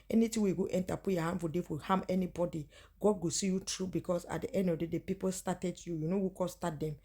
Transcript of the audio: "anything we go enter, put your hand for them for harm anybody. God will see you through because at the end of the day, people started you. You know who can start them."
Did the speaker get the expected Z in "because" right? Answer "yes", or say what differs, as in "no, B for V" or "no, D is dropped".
no, S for Z